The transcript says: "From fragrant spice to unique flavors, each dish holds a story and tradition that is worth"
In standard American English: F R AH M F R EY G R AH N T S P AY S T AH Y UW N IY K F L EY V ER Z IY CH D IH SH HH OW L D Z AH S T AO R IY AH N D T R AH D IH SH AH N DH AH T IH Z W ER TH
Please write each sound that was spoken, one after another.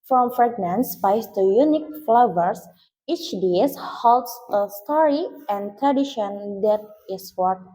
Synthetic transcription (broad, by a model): F R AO M F R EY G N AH N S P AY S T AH Y UW N IY K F L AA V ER S IY CH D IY S HH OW L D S AH S T AO R IY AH N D T R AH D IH SH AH N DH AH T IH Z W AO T